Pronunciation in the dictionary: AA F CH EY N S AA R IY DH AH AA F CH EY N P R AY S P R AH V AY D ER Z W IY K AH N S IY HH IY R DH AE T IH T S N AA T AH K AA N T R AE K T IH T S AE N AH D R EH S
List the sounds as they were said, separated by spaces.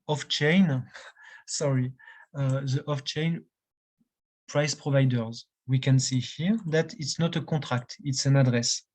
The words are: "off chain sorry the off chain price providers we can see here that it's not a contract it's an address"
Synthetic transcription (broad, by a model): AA F CH EY N S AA R IY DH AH AA F CH EY N P R AY S P R AH V AY D ER Z W IY K AH N S IY HH IY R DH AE T IH T S N AA T AH K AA T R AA K T IH T S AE N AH D R EH S